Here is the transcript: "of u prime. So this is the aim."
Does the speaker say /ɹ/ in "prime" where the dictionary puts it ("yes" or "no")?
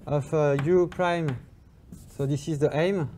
yes